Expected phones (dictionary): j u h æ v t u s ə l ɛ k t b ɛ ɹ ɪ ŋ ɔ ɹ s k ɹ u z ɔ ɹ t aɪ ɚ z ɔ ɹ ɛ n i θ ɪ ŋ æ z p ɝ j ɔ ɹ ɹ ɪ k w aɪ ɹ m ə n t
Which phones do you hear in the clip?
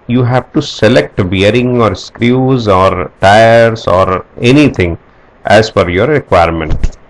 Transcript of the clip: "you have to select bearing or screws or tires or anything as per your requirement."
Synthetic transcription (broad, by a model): j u h æ v t u s ə l ɛ k t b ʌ ɹ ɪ ŋ ɔ ɹ s k ɹ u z ɔ ɹ t aɪ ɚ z ɔ ɹ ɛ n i t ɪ ŋ æ z f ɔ j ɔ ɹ ɹ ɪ k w aɪ ɹ m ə n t